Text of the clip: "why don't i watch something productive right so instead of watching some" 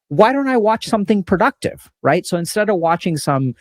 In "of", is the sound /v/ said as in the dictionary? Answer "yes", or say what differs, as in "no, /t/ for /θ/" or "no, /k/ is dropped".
yes